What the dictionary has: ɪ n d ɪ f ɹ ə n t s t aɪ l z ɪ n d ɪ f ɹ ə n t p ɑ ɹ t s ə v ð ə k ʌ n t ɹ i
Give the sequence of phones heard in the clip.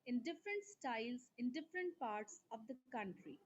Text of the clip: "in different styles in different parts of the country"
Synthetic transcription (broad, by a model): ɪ n d ɪ f ɹ ə n t s t aɪ l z ɪ n d ɪ f ɹ ə n t p ɑ ɹ t s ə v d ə k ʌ n t ɹ i